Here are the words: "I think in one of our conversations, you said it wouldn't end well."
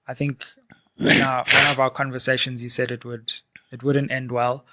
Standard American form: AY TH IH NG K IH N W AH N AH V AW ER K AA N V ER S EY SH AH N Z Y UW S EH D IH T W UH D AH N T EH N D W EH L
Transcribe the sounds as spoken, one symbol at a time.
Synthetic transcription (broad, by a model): AY TH IH NG K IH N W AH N AH V AW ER K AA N V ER S EY SH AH N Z Y UW S EH D IH T W UH D AH N T EH N D W EH L